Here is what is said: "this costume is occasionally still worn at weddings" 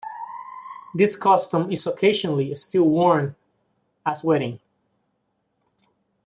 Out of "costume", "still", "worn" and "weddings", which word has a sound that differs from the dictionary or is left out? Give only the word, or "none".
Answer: weddings